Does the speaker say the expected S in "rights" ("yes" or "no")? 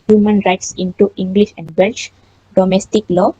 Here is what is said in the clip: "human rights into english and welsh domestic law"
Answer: yes